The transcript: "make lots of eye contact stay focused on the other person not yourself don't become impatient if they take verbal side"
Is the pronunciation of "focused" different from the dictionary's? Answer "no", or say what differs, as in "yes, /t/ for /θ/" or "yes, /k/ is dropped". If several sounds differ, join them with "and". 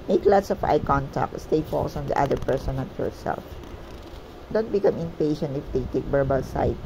yes, /t/ is dropped